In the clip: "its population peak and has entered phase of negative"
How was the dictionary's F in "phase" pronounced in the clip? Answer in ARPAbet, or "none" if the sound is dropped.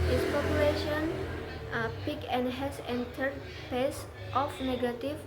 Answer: P